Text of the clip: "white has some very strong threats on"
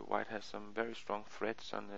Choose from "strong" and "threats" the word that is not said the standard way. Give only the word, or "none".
none